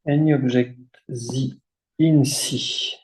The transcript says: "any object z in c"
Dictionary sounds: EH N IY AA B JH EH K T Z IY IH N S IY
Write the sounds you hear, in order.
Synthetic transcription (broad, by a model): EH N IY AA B ZH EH K T Z IY IH N S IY